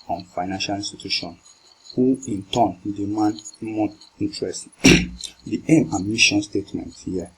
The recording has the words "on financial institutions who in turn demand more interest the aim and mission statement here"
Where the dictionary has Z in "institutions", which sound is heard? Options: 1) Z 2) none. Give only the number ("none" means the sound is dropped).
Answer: 2